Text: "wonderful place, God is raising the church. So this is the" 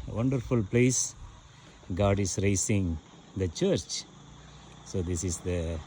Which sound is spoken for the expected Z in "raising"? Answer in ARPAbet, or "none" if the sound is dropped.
S